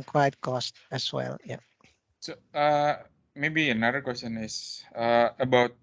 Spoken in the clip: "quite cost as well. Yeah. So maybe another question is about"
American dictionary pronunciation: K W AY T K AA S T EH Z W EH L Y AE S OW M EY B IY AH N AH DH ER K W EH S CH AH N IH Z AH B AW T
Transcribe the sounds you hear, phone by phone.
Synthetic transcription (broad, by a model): K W AY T K AA S T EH S W EH L Y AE S OW M EY B IY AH N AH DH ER K W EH S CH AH N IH S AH B AW T